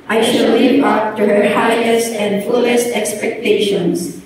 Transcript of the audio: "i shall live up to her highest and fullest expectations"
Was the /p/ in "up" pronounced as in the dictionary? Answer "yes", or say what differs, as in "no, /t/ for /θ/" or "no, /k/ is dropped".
no, /f/ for /p/